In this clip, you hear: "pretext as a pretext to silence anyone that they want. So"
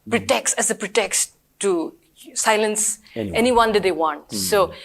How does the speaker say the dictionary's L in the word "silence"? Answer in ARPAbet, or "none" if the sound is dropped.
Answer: L